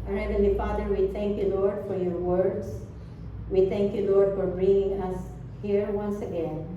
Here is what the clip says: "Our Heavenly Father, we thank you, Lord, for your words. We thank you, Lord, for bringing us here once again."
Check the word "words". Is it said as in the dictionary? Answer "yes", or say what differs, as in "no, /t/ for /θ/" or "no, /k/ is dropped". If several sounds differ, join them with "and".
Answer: no, /s/ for /z/